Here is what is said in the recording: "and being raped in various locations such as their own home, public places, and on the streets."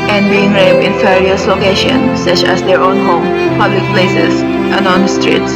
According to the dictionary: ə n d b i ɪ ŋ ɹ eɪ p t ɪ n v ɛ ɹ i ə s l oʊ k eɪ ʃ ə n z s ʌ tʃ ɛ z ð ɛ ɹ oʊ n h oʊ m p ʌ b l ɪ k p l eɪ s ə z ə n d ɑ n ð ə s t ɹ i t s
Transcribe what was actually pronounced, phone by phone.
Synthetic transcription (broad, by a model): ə n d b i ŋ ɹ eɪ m ɪ n f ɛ ɹ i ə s l oʊ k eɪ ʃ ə n s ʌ tʃ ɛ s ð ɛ ɹ oʊ n h oʊ m p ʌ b l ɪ k p l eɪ s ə s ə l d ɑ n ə s t ɹ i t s